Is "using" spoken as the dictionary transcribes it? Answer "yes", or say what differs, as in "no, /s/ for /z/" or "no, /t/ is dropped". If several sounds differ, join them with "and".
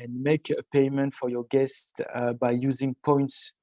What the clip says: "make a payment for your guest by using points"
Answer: yes